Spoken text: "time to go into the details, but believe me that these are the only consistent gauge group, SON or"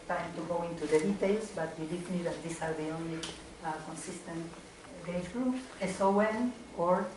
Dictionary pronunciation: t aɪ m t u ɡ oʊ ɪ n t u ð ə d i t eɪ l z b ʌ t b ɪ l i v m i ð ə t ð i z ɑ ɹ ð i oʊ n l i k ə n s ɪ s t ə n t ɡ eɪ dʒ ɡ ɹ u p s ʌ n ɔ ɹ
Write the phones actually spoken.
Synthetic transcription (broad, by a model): t aɪ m t u ɡ oʊ ɪ n t u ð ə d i t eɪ l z b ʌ t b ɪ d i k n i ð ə t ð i s ɑ ɹ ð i oʊ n l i k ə n s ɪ s t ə n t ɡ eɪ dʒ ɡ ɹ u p s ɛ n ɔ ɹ